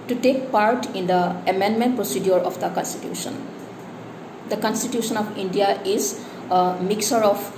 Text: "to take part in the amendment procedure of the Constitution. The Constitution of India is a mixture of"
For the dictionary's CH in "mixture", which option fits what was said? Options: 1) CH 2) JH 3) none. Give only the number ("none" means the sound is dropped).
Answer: 3